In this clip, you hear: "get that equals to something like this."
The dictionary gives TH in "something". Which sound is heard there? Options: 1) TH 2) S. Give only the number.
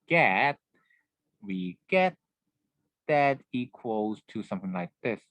1